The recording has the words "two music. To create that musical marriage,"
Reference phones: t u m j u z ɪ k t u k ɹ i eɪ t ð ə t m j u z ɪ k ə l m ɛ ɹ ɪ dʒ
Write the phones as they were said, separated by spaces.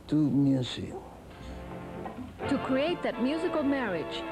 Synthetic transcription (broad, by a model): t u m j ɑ s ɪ t u k ɹ i eɪ t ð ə t m j u z ɪ k ə l m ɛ ɹ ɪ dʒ